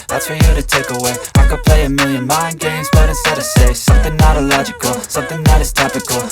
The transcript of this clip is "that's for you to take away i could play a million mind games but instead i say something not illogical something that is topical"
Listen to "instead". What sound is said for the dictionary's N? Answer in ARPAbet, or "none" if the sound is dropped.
none